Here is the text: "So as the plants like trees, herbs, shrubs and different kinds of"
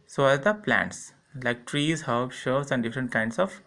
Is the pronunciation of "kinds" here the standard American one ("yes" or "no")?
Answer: no